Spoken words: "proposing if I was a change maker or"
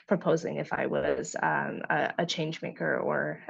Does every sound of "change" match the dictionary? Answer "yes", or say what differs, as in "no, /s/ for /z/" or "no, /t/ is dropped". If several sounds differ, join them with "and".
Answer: yes